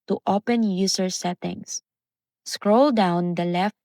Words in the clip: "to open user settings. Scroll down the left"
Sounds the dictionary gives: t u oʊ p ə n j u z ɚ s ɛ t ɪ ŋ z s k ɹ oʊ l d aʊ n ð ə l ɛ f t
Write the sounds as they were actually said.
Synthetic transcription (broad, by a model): t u oʊ p ə n j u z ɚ s ɛ t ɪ ŋ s s k ɹ oʊ l d aʊ n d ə l ɛ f